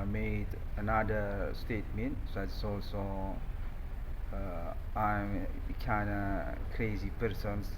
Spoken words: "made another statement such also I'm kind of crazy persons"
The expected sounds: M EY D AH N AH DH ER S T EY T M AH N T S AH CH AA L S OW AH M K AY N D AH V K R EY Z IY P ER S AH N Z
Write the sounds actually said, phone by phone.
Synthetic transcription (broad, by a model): M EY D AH N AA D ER S T EY T M AH N T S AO S AA L S OW AH M K AY N D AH K R EY Z IY P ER S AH N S